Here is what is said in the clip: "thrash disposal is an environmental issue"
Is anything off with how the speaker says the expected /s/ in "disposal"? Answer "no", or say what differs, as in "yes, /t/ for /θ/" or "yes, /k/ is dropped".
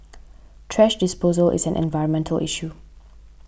no